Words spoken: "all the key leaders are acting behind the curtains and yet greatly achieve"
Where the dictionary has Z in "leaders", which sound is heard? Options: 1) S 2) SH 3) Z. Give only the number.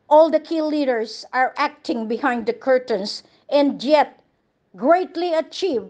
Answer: 1